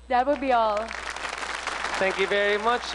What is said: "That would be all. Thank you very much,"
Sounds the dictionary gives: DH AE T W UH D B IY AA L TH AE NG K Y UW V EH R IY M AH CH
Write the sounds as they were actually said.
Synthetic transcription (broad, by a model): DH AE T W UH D B IY AA L T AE NG K Y UW V EH R IY M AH CH